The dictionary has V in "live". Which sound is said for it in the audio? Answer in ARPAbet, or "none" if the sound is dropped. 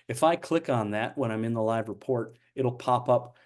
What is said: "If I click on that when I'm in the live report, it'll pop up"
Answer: V